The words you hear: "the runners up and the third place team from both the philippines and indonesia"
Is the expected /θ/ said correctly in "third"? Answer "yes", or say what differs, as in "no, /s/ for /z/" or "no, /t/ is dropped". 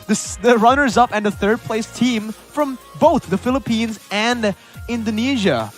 yes